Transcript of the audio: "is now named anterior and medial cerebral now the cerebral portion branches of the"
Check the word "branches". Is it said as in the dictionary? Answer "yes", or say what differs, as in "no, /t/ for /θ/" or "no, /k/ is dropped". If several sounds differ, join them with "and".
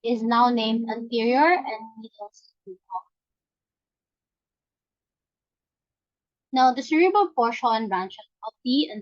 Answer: no, /z/ is dropped